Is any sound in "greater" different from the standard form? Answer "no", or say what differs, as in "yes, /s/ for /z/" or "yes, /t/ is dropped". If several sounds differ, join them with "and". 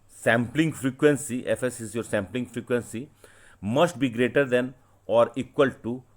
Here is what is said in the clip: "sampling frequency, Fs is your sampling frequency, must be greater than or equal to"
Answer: no